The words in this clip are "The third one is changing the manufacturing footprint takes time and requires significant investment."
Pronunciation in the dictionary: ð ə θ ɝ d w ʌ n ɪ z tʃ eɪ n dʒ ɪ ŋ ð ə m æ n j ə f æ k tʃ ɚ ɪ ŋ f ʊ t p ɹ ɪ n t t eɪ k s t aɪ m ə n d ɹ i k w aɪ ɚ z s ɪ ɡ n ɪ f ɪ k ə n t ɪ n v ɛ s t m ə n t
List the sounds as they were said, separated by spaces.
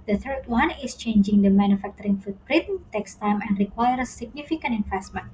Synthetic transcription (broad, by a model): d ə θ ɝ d w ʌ n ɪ s tʃ eɪ n dʒ ɪ ŋ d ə m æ n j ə f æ k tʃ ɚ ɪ ŋ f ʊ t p ɹ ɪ t t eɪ k s t aɪ m ə n d ɹ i k w aɪ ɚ s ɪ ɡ n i f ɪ k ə n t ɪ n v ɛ s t m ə n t